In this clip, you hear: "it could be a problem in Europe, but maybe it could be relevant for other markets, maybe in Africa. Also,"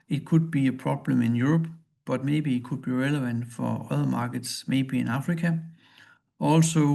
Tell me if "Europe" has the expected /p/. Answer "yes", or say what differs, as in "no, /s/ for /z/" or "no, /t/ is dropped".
no, /b/ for /p/